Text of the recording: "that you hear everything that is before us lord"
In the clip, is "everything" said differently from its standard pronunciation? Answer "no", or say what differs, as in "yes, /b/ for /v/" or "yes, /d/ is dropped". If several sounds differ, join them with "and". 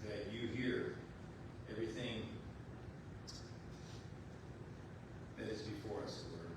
no